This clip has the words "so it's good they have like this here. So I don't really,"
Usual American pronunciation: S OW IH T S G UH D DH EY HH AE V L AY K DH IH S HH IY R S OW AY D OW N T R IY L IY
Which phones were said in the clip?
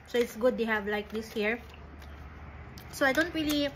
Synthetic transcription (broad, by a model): S OW IH T S G UH D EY HH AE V L AY K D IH S HH IY R S OW AY D OW N T R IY L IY